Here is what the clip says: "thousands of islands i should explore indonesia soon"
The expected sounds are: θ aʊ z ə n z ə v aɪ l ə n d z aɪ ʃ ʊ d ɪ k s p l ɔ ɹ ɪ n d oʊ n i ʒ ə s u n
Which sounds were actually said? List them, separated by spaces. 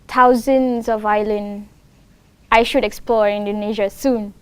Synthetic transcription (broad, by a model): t aʊ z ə n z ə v aɪ l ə n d aɪ ʃ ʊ d ɪ k s p l ɔ ɹ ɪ n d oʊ n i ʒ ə s u n